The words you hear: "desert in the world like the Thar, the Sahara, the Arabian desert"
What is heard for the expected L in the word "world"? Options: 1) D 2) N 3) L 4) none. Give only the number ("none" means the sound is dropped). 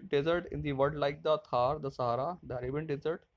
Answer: 4